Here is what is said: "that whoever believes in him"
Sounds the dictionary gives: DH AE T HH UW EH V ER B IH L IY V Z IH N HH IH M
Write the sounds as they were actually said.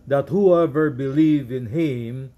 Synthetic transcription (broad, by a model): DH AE T HH UW EH V ER B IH L IY V IH N HH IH M